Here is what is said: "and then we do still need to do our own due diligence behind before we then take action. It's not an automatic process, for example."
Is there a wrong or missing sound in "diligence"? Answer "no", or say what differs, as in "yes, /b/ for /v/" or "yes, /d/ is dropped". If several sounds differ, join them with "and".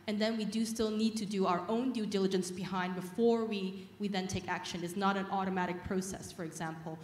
no